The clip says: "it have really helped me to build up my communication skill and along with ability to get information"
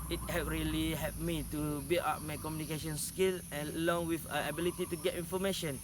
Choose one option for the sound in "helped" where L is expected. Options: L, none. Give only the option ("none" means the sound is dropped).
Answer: none